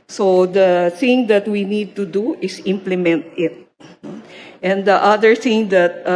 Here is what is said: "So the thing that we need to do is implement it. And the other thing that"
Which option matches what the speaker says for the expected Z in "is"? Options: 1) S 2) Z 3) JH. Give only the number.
1